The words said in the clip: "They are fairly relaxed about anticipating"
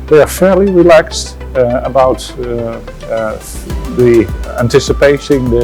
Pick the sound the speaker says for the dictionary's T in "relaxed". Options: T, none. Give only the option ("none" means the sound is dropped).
T